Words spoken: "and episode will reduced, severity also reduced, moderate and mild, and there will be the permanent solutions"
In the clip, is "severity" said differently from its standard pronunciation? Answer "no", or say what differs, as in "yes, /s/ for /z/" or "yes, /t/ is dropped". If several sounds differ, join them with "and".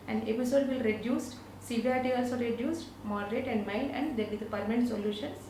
yes, /ɹ/ is dropped